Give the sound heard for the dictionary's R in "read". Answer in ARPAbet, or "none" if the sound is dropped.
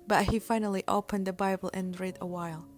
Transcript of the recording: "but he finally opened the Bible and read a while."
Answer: R